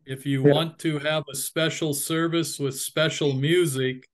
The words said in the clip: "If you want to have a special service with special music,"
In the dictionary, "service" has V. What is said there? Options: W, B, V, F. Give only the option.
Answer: V